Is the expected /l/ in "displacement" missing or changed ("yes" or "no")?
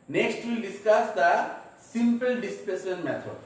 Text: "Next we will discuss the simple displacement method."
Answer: yes